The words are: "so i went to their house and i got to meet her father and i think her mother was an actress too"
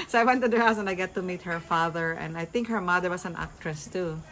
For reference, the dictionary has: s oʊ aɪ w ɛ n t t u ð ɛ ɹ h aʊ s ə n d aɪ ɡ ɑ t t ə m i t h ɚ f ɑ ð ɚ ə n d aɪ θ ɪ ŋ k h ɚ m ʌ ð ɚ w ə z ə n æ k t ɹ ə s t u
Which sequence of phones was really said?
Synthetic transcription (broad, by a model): s oʊ aɪ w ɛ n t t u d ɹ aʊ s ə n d aɪ ɡ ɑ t t ə m i t h ɚ f ɑ ð ɚ ə n d aɪ θ ɪ ŋ k h ɚ m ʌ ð ɚ w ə s ə n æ k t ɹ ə s t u